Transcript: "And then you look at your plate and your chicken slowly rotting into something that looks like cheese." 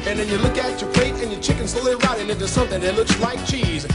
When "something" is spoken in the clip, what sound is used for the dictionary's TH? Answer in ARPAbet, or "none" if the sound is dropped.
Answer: TH